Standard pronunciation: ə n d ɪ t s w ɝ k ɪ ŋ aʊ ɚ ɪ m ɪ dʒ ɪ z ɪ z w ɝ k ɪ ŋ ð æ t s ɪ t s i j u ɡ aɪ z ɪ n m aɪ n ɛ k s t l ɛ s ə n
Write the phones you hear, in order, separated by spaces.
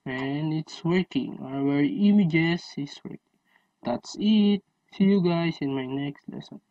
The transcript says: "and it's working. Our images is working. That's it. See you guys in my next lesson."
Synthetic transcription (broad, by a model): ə n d ɪ t s w ɝ k ɪ ŋ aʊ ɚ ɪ m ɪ dʒ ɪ s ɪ s w ɝ k ɪ ŋ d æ t s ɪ t s i j u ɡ aɪ s ɪ n m aɪ n ɛ k s t l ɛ s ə n